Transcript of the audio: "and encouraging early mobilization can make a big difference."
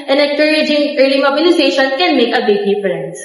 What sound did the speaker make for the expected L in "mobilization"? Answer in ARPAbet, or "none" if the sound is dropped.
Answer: N